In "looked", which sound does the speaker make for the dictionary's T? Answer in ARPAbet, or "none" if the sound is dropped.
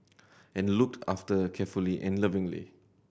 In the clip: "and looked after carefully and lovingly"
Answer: T